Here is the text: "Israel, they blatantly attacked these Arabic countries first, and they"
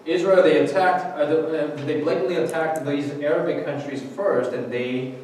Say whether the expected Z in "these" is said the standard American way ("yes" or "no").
yes